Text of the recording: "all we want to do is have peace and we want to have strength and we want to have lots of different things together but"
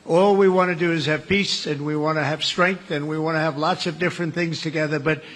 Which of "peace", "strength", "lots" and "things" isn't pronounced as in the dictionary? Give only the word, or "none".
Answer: none